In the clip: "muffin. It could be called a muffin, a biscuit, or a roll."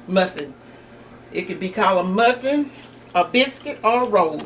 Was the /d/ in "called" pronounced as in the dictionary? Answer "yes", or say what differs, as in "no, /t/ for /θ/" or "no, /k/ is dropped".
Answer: no, /d/ is dropped